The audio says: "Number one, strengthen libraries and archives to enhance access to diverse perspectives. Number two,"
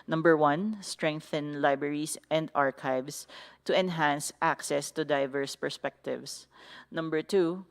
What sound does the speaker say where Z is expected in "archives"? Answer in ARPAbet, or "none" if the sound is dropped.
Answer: S